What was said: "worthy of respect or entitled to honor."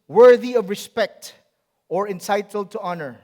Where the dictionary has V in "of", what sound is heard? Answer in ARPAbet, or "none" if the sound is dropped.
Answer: V